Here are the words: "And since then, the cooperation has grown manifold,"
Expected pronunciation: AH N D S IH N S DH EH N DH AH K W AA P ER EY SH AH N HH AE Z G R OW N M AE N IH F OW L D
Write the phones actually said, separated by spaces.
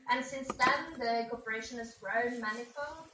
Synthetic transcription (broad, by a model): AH N S IH N S DH EH N DH AH K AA P ER EY SH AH N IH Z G R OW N M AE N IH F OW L